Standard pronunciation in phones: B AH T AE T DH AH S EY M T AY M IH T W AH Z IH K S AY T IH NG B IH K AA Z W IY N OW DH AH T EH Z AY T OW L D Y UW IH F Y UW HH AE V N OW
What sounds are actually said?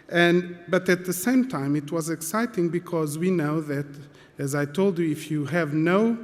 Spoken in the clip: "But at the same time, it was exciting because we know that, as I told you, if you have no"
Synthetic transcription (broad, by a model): B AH T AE T DH AH S EY M T AY M IH T W AH Z IH K S AY T IH NG B IH K AA Z W IY N OW DH AH T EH Z AY T OW L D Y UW IH F Y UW HH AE V N OW